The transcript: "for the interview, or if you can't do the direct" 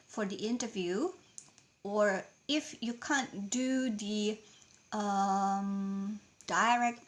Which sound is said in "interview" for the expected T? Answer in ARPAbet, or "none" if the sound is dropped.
T